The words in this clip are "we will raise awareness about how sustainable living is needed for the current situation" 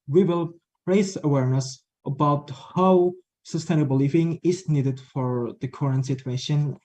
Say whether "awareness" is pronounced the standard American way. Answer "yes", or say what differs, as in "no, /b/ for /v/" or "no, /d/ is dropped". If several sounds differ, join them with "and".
yes